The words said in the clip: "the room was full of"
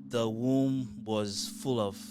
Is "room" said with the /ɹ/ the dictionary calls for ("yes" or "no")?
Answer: no